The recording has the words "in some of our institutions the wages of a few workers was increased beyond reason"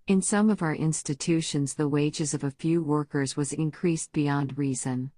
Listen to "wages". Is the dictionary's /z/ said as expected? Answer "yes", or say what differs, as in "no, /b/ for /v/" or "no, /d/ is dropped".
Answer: yes